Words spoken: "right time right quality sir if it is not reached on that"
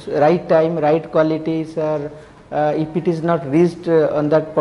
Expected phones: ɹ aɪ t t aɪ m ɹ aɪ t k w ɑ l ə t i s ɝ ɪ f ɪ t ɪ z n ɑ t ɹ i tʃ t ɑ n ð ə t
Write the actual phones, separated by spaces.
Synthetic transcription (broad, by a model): ɹ aɪ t t aɪ m ɹ aɪ t k w ɑ l ə t i s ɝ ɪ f ɪ t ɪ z n ɑ t ɹ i s t ɑ n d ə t